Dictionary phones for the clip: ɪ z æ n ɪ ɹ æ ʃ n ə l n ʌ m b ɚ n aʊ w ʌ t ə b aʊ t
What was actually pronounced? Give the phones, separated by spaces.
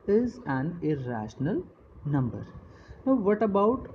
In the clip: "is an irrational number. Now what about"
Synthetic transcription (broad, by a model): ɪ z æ n ɪ ɹ æ ʃ n ə l n ʌ m b ɚ n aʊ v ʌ t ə b aʊ t